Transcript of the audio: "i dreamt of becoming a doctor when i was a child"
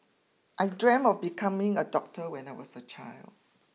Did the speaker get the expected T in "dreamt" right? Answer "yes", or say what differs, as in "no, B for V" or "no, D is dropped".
no, T is dropped